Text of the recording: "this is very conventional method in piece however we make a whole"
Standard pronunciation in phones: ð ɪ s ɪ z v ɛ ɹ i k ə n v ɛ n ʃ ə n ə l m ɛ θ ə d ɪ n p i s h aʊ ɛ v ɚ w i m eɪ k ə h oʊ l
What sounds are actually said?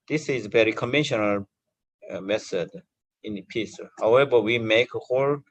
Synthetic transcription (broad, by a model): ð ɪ s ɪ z v ɛ ɹ i k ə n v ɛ n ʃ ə n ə l m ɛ s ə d ɪ n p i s h aʊ ɛ v ɚ w i m eɪ k ə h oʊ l